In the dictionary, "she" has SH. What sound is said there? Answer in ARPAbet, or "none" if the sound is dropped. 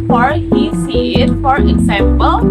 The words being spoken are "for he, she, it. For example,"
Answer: S